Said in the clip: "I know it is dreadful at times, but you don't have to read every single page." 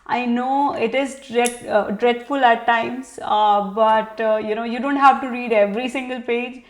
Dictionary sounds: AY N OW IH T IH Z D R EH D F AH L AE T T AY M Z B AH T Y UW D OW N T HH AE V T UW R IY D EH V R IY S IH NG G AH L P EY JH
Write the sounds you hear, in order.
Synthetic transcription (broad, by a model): AY N OW IH T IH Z D R EH D F AH L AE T T AY M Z B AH T Y UW D OW N T HH AE V T UW R IY D EH V R IY S IH NG G AH L P EY JH